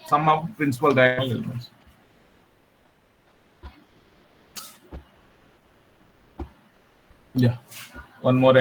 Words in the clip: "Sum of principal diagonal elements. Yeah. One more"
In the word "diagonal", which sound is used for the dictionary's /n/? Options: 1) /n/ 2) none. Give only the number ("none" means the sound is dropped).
2